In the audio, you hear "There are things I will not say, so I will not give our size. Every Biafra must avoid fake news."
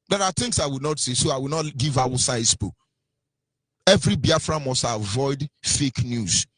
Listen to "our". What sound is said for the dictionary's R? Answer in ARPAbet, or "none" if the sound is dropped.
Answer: W